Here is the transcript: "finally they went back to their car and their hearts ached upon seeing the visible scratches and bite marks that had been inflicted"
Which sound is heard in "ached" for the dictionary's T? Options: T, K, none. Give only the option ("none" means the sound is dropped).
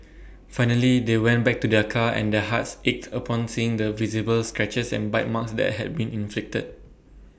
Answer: T